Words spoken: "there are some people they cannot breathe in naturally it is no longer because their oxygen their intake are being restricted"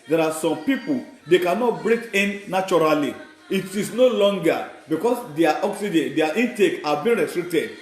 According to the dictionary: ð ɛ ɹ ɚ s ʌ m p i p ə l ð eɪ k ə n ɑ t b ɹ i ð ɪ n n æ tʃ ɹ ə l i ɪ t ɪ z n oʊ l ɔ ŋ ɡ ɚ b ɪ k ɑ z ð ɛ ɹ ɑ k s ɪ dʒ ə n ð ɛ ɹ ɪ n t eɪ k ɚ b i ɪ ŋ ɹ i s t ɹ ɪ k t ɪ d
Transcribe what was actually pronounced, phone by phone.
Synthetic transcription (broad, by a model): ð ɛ ɹ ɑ s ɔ m p i p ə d eɪ k ə n ɑ t b ɹ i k ɪ n n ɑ tʃ ɹ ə l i ɪ t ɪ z n oʊ l ɔ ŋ ɡ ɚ b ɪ k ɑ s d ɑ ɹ ɑ k s ɪ dʒ ə n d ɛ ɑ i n t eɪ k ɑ b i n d ɹ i s t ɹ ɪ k t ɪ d